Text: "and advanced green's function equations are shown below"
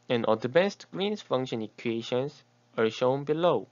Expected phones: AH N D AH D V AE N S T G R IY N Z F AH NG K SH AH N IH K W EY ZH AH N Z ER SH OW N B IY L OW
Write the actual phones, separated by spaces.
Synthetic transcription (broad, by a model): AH N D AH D B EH S T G R IY N S F AH NG K SH AH N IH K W EY SH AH N S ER SH OW N B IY L OW